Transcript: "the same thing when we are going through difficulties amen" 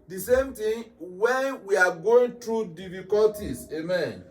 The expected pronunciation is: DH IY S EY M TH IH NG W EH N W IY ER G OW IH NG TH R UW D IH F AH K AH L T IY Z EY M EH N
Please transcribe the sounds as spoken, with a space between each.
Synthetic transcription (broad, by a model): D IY S EY M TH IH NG W EH N W IY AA G OW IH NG T R UW D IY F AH K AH L T IY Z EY M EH N